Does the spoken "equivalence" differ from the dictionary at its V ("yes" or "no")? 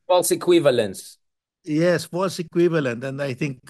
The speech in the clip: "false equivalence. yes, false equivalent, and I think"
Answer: no